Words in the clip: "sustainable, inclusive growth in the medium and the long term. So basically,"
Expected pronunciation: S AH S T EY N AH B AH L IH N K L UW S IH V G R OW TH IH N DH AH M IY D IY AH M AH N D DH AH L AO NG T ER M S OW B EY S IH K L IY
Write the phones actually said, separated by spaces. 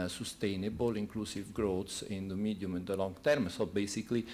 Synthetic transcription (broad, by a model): S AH S T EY N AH B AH L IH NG K L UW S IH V G R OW S IH N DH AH M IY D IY M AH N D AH L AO NG T ER M S OW B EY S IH K L IY